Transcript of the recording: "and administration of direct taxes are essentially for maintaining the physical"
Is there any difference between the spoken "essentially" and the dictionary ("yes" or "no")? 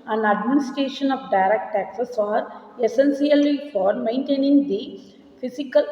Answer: yes